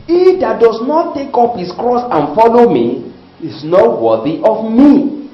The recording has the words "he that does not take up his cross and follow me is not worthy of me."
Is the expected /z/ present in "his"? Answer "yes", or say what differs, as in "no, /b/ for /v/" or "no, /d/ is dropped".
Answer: no, /s/ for /z/